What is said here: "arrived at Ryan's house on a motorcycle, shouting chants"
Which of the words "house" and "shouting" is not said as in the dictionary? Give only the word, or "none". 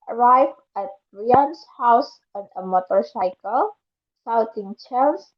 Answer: shouting